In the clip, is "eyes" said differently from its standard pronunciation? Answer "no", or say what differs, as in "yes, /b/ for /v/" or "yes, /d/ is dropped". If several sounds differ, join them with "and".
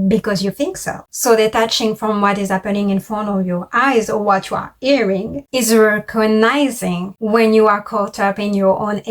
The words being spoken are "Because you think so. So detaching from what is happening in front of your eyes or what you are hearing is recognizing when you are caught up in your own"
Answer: no